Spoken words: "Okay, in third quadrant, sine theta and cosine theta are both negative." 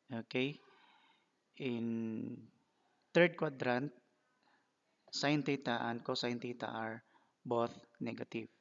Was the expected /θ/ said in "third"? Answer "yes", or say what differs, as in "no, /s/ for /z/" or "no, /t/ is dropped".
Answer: no, /t/ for /θ/